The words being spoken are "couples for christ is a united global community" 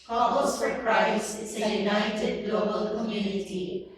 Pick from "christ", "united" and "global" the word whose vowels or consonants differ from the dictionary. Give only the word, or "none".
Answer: christ